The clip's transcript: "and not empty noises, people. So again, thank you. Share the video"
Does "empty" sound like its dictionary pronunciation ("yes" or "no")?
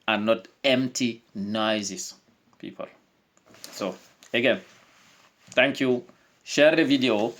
yes